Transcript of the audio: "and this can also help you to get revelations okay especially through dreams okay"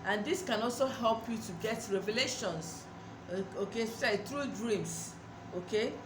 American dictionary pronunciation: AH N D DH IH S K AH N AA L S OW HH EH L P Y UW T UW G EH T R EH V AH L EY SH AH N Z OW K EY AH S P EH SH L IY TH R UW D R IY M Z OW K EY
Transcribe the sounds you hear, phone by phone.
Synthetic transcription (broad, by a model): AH N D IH S K AH N AA L S OW HH EH L P Y UW T UW G EH T R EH V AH L EY SH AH N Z OW K EY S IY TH R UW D R IY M S OW K EY